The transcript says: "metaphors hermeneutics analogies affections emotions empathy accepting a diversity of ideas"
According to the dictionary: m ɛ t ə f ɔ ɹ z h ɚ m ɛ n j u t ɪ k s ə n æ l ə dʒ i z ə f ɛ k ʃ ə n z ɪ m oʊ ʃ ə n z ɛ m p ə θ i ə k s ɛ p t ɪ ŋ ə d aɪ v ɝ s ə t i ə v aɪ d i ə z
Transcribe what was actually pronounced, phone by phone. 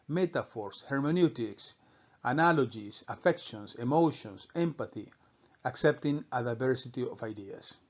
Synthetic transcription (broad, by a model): m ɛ t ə f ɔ ɹ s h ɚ m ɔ n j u t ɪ k s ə n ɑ l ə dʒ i s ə f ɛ k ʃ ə n s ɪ m oʊ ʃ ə n s ɛ m p ə θ i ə k s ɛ p t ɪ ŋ ə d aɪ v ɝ s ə t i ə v aɪ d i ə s